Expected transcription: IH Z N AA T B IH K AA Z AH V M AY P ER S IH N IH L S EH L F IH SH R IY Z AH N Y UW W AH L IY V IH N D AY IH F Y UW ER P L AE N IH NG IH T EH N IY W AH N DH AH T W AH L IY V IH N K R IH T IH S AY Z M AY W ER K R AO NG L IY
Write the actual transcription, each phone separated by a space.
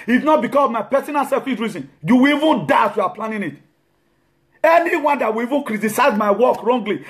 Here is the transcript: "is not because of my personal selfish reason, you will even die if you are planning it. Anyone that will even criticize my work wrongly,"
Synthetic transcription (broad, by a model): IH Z N AA T B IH K AA S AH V M AY P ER S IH N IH L S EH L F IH S R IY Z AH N Y UW W AH L IY V IH N D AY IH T Y UW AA P L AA N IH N IH T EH N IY W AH N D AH T W AH L IY V IH N K R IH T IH S AY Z M AY W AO K R AO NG L IY